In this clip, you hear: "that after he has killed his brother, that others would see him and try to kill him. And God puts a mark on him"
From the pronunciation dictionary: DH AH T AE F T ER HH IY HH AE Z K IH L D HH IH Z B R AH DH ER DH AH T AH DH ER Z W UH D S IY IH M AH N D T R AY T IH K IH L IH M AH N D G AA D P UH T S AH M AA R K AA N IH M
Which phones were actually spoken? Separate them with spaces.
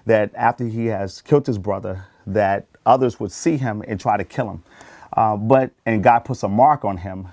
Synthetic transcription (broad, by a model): DH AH T AE F T ER IY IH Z K IH L D HH IH Z B R AH DH ER DH AH T AH DH ER Z W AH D S IY IH M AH N T R AY T IH K IH L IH M AH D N G AA D P UH T S AH M AA R K N IH M